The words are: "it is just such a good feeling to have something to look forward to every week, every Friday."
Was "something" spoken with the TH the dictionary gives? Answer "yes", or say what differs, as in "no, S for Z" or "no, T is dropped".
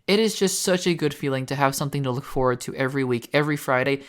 yes